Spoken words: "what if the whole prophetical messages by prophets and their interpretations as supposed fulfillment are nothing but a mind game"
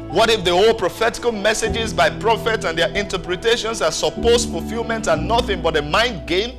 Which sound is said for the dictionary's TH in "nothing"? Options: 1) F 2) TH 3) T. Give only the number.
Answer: 2